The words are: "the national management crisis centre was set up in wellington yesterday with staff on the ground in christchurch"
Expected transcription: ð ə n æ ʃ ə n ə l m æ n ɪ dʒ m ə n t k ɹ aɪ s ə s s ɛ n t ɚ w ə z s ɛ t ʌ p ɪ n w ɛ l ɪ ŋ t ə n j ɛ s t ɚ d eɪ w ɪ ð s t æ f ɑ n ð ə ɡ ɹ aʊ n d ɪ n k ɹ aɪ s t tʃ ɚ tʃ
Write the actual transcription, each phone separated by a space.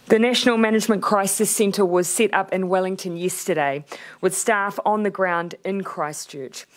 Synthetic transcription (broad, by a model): ð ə n æ ʃ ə n l m æ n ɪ dʒ m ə n k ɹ aɪ s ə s s ɛ n t ɚ w ə z s ɛ t ʌ p ɪ n w ɛ l ɪ ŋ t ə n j ɛ s t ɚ d eɪ w ɪ ð s t æ f n ð ə ɡ ɹ aʊ n d ɪ n k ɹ aɪ s tʃ ɚ tʃ